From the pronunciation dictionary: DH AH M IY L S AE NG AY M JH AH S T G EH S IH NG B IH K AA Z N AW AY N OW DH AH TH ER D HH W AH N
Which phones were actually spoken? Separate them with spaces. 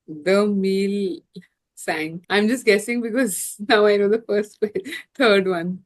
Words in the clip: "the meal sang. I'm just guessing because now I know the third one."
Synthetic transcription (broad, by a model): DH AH M IY L S AE NG AY M JH AH S T G EH S IH NG B IH K AA Z N AW AY N OW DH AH F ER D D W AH N